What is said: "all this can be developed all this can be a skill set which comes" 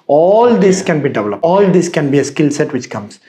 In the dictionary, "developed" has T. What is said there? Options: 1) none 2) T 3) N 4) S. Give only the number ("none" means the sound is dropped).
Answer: 1